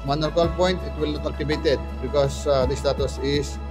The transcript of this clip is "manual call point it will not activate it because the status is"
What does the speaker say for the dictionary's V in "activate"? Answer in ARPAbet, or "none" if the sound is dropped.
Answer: B